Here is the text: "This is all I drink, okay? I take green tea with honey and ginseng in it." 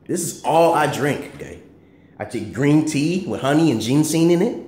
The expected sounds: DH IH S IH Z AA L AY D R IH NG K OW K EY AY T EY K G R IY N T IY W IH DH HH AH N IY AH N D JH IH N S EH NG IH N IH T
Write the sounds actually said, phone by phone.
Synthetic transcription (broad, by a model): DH IH S IH Z AA L AY D R IH NG K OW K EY AY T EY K G R IY N T IY W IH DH HH AH N IY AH N JH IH N S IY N IH N IH T